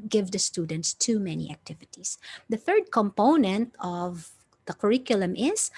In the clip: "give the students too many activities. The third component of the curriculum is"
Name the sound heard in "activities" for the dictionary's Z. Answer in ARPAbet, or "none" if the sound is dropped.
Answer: S